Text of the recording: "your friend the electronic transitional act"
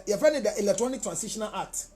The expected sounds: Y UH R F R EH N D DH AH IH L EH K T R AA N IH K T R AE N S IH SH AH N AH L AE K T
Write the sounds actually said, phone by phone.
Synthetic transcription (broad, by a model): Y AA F EH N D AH IH L EH K T R AA N IH K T R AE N S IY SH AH N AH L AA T